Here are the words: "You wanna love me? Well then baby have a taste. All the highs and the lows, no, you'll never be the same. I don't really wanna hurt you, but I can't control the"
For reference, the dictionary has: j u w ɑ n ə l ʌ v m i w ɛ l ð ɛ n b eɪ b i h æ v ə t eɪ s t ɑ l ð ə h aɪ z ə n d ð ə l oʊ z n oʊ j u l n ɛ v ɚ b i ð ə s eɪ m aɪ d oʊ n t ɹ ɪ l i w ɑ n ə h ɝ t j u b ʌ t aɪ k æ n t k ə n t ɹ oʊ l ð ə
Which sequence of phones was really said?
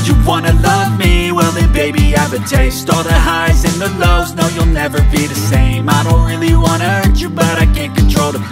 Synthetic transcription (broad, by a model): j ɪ w ɑ n ə l ʌ v m i w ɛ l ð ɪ b eɪ b i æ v ə t eɪ s t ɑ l ð ə h aɪ z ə n ð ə l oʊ z n oʊ j u l n ɛ v ɚ b i ð ə s eɪ m aɪ d oʊ n t ɹ ɪ l i w ɑ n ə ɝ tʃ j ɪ b ʌ t aɪ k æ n k ə n t ɹ oʊ l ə